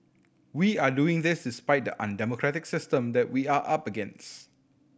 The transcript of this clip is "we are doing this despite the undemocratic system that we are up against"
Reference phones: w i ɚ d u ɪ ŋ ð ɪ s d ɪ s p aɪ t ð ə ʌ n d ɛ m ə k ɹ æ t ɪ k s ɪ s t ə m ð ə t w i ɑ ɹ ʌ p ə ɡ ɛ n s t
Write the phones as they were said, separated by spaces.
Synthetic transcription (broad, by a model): w i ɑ d u ɪ ŋ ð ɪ s d ɪ s p aɪ t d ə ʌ n d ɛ m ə k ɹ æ t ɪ k s ɪ s t ə m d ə t w i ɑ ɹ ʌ p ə ɡ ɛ n s